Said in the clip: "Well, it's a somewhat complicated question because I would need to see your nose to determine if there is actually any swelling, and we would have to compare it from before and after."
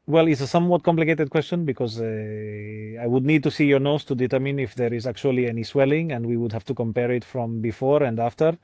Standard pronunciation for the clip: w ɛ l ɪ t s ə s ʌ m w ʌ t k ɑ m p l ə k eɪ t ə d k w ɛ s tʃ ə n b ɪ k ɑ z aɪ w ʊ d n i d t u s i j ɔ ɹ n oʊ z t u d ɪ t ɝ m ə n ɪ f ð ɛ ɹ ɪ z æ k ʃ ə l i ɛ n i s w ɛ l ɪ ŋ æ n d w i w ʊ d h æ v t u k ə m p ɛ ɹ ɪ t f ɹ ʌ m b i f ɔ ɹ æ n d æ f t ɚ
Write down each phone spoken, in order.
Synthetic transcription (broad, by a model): w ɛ l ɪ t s ə s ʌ m w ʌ t k ɑ m p l ə k eɪ t ə d k w ɛ s tʃ ə n b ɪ k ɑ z aɪ w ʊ d n i d t u s i j ɔ ɹ n oʊ s t u d ɪ t ɝ m ə n ɪ f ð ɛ ɹ ɪ z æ k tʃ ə l i ɛ n i s w ɛ l ɪ ŋ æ n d w i w ʊ d h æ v t u k ə m p ɛ ɹ ɪ t f ɹ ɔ m b i f ɔ ɹ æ n d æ f t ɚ